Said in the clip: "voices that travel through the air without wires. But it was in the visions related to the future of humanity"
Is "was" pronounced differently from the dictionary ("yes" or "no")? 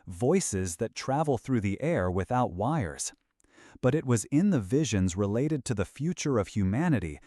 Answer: no